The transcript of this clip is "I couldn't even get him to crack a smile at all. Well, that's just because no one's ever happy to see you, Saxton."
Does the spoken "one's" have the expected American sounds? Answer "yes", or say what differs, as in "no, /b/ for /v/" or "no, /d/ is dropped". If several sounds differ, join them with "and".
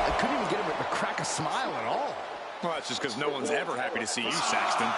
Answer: yes